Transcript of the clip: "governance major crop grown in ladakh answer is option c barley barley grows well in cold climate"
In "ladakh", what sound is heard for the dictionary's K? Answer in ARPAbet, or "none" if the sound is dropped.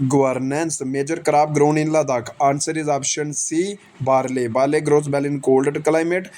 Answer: K